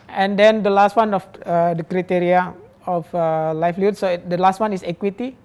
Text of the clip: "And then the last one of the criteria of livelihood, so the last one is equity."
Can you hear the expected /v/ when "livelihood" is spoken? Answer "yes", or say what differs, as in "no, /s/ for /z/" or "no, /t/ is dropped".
no, /f/ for /v/